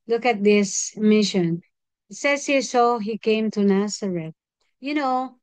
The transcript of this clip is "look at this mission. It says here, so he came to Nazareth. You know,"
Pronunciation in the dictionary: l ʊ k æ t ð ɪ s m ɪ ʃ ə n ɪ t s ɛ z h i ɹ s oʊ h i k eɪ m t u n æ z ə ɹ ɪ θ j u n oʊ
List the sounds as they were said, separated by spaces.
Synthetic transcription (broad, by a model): l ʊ k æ t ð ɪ s m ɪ ʃ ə n ɪ t s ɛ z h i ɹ s oʊ h i k eɪ m t u n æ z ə ɹ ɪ t j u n oʊ